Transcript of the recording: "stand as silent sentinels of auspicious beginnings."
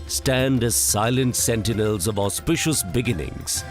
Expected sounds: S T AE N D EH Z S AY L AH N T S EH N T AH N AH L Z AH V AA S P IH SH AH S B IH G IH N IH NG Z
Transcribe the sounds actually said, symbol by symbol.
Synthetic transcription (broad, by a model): S T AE N D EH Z S AY L AH N T S EH N T AH N AH L Z AH V AA S P IH SH AH S B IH G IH N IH NG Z